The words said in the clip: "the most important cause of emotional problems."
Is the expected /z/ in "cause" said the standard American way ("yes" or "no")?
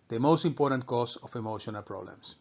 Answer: no